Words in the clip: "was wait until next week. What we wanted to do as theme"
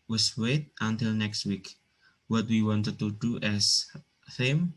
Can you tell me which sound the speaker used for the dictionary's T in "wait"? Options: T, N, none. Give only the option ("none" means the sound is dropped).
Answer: T